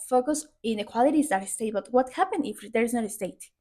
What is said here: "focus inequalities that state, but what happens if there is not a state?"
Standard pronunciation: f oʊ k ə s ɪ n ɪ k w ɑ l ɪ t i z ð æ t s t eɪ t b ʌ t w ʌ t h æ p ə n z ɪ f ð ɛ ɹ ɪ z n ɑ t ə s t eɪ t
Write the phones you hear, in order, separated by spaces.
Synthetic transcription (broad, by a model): f oʊ k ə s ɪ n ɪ k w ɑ l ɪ t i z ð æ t s t eɪ t b ʌ t w ʌ t h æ p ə n ɪ f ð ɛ ɹ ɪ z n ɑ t ə s t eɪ t